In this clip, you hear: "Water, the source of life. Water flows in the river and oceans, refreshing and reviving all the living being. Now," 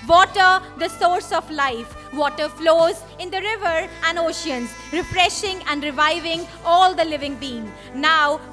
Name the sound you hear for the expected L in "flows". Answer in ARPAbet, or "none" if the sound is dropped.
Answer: L